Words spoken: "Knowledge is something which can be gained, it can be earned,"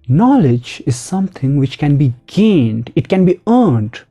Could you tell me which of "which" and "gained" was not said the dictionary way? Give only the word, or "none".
none